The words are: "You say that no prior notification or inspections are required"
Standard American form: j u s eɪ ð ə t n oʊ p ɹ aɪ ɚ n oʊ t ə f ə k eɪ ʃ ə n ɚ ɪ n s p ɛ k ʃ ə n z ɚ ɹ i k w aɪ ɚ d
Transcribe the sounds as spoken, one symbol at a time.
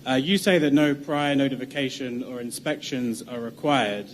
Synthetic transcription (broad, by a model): j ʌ s eɪ ð ə t n oʊ p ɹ aɪ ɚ n oʊ t ə f ə k eɪ ʃ ə n ɚ ɪ n s p ɛ k ʃ ə n z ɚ ɹ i k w aɪ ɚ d